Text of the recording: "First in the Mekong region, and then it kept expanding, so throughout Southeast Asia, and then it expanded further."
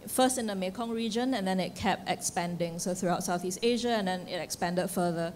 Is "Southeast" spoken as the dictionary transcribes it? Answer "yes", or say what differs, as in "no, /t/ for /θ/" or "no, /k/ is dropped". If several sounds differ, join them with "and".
yes